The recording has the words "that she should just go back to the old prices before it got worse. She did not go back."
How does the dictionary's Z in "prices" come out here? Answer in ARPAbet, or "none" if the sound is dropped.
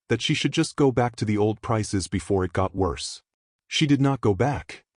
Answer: Z